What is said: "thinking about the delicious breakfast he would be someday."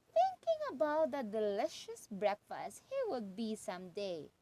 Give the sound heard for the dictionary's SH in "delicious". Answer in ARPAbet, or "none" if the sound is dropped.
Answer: SH